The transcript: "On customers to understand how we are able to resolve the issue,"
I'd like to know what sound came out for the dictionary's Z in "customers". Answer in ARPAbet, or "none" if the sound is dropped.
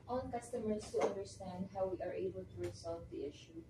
S